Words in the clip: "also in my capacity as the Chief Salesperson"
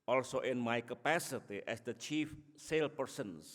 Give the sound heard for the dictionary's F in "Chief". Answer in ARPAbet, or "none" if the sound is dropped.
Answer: F